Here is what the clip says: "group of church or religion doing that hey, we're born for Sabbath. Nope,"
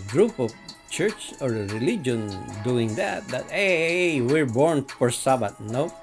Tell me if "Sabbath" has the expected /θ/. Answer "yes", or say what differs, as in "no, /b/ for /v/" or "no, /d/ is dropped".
no, /t/ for /θ/